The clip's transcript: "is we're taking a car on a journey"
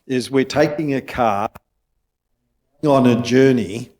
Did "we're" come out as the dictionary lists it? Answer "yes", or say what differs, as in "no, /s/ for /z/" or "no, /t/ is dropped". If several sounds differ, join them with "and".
yes